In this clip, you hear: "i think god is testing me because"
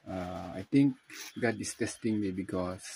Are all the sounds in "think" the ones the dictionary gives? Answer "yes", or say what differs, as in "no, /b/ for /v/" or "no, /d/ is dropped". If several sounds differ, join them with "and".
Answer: no, /t/ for /θ/